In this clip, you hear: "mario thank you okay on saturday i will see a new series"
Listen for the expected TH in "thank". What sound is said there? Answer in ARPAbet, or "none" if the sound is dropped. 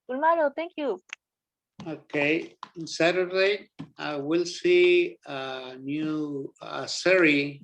T